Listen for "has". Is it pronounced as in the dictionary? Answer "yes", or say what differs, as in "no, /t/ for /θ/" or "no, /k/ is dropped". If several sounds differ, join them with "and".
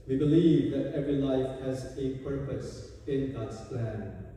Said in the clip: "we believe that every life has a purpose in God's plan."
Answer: yes